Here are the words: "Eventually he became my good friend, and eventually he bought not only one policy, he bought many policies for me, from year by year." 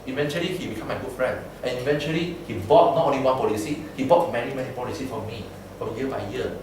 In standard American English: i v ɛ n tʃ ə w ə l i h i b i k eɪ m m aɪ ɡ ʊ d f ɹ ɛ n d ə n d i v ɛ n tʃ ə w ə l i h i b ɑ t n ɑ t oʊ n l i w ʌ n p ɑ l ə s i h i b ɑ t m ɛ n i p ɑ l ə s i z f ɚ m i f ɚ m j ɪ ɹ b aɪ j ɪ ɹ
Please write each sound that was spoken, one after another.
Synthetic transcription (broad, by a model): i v ɛ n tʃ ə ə l i h i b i k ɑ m m aɪ ɡ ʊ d f ɹ ɛ n d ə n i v ɛ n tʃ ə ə l i h i b ɑ t n ɑ t oʊ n l i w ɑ n p ɑ l ə s i h i b ɑ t m ɛ n i p ɑ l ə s i f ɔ m i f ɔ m j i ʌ b aɪ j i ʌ